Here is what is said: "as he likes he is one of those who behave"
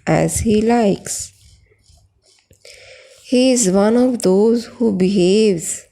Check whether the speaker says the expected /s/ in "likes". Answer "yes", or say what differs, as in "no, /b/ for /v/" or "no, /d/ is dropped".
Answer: yes